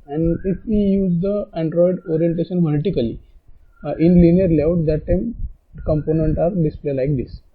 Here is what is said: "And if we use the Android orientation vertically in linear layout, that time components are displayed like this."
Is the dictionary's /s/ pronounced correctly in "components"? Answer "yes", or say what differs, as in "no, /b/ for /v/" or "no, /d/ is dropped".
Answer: no, /s/ is dropped